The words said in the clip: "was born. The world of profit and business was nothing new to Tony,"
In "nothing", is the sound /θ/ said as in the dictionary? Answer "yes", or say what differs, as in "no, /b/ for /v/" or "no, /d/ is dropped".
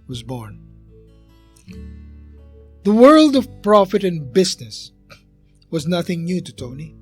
yes